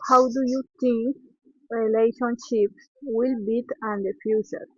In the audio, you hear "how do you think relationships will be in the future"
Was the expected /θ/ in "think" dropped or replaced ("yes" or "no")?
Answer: yes